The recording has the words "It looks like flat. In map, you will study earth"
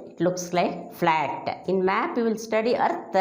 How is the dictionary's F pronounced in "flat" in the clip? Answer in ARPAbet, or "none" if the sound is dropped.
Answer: F